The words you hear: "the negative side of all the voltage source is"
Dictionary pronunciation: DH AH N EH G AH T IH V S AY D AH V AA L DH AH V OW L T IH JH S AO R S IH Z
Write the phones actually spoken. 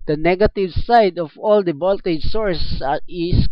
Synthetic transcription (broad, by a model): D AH N EH G AH T IH V S AY D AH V AA L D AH B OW L T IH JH S AO R S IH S